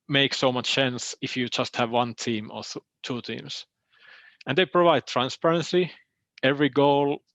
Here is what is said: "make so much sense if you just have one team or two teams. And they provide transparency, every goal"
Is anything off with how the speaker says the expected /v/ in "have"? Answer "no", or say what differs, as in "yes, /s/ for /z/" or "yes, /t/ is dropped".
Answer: no